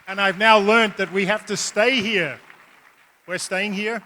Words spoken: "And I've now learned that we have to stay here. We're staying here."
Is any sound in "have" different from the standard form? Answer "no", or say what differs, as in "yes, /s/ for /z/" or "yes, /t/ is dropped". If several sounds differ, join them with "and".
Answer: yes, /f/ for /v/